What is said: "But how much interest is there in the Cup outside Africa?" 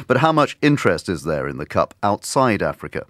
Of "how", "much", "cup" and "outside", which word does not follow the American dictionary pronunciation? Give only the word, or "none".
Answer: none